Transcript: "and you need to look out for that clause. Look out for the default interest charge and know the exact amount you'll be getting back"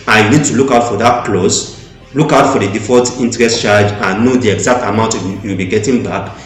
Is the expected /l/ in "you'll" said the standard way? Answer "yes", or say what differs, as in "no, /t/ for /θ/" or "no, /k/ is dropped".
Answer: no, /w/ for /l/